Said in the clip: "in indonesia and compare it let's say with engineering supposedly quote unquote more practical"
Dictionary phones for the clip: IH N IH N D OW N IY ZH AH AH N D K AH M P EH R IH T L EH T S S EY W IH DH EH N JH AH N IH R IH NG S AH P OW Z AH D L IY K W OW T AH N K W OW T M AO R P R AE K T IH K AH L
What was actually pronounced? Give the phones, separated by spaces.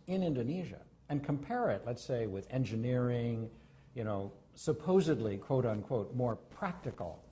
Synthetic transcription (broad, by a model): IH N IH N D OW N IY ZH AH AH N K AH M P EH R IH T L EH T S S EY W IH DH EH N JH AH N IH R IH NG S AH P OW Z AH D L IY K W OW T AH N K W OW T M AO R P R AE K T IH K L